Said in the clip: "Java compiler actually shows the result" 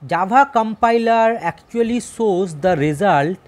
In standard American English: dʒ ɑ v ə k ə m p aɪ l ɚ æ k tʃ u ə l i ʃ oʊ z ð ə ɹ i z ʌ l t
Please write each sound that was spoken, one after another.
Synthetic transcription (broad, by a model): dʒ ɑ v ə k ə m p aɪ l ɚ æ k tʃ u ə l i s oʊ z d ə ɹ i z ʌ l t